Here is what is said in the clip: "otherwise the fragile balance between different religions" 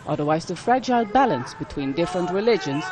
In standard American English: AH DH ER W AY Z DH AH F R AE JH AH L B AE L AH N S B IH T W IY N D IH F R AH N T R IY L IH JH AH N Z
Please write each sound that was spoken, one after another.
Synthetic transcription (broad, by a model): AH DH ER W AY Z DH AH F R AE JH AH L B AE L AH N S B IH T W IY N D IH F R AH N T R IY L IH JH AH N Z